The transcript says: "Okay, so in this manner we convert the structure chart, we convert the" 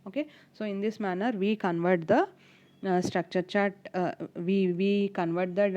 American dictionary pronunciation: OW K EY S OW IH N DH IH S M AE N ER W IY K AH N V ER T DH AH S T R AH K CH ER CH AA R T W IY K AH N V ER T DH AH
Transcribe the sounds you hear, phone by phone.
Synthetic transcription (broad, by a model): OW K EY S OW IH N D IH S M AE N ER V IY K AH N V ER T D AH S T R AH K CH ER CH AA R T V IY K AH N V ER T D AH